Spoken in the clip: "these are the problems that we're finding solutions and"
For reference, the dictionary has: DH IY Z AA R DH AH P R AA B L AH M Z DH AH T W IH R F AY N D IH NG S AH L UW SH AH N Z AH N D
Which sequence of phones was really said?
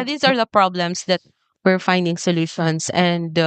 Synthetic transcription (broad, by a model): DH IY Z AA R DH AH P R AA B L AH M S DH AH T W IH R F AY N D IH NG S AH L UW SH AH N S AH N D